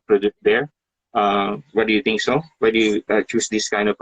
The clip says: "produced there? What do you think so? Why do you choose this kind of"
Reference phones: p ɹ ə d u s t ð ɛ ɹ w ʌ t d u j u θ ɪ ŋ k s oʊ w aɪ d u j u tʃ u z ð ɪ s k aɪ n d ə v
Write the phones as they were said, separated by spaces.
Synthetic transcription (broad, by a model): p ɹ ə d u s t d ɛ ɹ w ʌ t d u j u t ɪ ŋ k s oʊ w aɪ d u j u tʃ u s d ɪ s k aɪ n d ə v